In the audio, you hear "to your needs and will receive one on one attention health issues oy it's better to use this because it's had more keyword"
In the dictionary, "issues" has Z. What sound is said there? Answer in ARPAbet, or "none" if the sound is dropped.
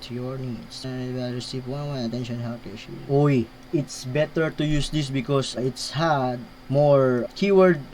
none